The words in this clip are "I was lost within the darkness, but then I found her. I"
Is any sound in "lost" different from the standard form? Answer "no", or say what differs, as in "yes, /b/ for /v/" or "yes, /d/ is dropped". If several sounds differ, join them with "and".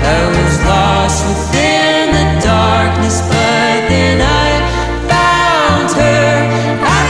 no